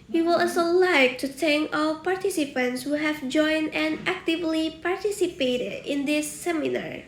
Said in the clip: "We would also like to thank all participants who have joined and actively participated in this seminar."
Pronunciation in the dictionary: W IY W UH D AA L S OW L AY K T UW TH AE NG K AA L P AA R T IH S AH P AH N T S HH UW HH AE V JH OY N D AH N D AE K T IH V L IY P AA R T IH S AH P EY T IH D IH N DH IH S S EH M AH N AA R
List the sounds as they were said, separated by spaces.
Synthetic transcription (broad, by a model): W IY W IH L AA S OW L AY K T UW T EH NG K AA L P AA R T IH S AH P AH N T S HH UW HH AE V JH OY N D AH N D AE K T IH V L IY P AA R T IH S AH P EY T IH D IH N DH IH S S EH M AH N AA R